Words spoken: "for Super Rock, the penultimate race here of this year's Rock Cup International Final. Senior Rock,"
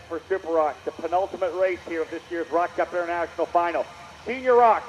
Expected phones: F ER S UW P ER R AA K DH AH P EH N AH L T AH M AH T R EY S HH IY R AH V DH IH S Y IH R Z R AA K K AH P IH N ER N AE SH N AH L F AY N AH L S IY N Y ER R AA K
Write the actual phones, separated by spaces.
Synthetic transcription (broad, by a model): F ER S UW P ER R AA K DH AH P EH N AH L T AH M AH T R EY S HH IY R AH V DH IH S Y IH R Z R AA K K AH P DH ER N AE SH N L F AY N L S IY N Y ER R AA K